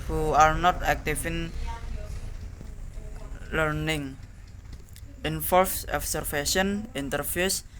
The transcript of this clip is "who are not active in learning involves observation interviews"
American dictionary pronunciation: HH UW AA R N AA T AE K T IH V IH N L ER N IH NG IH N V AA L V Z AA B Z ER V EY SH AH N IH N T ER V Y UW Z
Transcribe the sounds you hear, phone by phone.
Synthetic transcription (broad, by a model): HH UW AA R N AA T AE K T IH F IH N L ER N IH NG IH N F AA L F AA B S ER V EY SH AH N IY N T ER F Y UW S